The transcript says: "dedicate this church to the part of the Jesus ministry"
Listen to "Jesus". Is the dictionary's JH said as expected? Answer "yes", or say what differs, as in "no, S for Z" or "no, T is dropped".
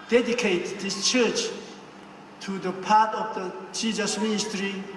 no, CH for JH